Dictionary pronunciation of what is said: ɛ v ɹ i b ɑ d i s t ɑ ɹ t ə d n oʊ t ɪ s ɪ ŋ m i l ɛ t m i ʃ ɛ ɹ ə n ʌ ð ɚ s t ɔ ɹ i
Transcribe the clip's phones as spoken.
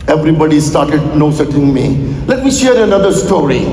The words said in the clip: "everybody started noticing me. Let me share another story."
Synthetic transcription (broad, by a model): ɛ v ɹ i b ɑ d i s t ɑ ɹ t ə d n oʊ s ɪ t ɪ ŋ m i l ɛ t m i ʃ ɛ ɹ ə n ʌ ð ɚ s t ɔ ɹ i